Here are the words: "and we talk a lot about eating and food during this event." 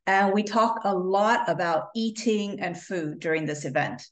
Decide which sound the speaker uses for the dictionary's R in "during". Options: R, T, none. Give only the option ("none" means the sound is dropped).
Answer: R